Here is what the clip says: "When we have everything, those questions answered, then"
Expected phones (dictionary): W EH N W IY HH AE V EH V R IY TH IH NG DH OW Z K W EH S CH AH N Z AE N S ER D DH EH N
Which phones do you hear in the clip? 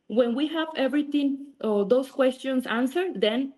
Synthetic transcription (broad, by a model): W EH N W IY HH AE V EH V R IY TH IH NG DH OW S K W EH S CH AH N S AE N S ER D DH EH N